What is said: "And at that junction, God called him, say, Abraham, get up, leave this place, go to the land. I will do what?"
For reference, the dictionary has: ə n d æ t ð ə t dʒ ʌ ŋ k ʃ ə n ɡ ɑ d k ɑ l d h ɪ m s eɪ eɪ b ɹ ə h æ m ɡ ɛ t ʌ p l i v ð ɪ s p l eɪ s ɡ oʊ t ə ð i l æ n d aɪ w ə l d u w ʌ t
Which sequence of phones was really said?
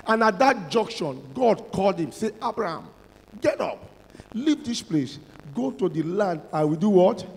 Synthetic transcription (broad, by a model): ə n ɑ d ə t dʒ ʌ ŋ k ʃ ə n ɡ ɑ d k ɑ l d h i m s eɪ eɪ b ɹ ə h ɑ m ɡ ɛ t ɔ p l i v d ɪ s p l eɪ s ɡ oʊ t ə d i l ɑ n d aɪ w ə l d u w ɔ t